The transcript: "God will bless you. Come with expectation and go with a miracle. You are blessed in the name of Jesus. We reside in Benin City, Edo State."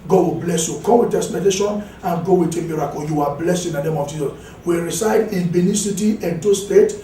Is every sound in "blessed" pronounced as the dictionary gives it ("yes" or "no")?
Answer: no